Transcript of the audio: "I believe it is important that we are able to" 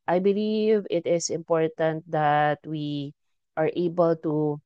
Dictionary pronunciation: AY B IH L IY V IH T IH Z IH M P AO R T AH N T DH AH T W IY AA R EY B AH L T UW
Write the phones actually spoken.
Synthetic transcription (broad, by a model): AY B IH L IY V IH T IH S IH M P AO R T AH N T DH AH T W IY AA R EY B AH L T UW